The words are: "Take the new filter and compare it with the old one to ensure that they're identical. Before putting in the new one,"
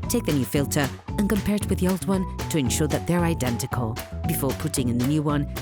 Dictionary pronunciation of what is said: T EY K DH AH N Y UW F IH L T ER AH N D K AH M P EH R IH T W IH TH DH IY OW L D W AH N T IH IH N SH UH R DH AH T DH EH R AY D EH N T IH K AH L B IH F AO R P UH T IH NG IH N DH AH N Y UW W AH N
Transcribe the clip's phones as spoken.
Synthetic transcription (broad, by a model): T EY K DH AH N Y UW F IH L T ER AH N K AH M P EH R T W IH DH IY OW L D W AH N T IH IH N SH UH R DH AH T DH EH R AY D EH N T IH K AH L B IH F AO R P UH T IH NG IH N DH AH N Y UW W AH N